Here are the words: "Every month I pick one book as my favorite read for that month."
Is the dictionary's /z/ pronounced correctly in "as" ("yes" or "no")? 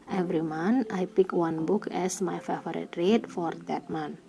no